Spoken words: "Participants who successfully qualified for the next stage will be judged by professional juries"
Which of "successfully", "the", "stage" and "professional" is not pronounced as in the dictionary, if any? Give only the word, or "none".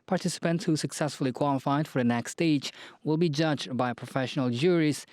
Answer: none